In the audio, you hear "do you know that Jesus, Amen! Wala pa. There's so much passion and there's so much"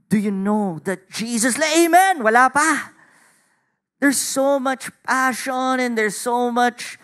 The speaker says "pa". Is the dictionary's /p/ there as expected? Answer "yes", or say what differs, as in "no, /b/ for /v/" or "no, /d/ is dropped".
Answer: yes